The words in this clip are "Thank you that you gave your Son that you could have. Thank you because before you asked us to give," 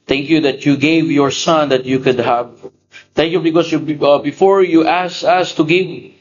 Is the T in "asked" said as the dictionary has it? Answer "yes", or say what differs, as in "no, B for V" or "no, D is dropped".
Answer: no, T is dropped